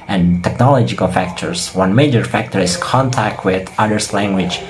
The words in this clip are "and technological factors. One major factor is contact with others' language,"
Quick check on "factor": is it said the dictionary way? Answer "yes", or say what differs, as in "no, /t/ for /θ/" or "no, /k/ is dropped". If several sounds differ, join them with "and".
yes